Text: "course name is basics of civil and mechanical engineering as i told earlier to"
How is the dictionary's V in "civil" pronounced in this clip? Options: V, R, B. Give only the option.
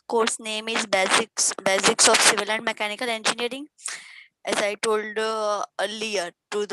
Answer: V